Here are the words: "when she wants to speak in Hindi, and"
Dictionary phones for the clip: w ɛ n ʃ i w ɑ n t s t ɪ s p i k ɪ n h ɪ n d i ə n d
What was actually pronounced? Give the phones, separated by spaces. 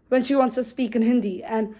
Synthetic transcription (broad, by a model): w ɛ n ʃ i w ɑ n t s t ɪ s p i k ɪ n h ɪ n d i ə n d